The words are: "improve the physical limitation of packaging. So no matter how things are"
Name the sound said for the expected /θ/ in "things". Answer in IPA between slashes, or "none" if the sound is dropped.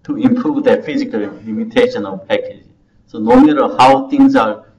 /t/